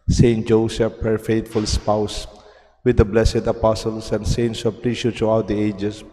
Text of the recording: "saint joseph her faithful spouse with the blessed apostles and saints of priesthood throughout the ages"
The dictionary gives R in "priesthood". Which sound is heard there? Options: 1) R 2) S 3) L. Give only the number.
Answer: 3